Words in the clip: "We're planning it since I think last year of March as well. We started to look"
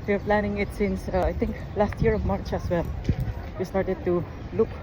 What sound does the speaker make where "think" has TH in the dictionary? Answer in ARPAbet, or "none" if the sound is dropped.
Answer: T